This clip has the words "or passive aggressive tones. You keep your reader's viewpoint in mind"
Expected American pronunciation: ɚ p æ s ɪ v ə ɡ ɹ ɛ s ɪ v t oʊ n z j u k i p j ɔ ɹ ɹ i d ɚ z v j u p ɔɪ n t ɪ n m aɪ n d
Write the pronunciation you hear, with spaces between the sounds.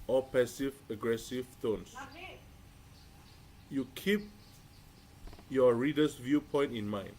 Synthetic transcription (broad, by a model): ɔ p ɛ s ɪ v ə ɡ ɹ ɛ s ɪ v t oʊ n s j u k i p j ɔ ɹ ɹ i d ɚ s v j u p ɔɪ n t ɪ n m aɪ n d